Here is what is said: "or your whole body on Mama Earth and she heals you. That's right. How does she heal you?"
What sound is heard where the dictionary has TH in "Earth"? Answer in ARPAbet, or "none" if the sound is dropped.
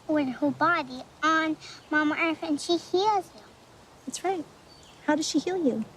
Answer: F